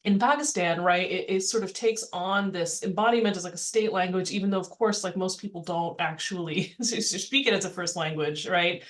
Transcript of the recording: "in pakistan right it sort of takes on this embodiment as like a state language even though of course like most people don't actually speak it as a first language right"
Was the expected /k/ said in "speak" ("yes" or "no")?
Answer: yes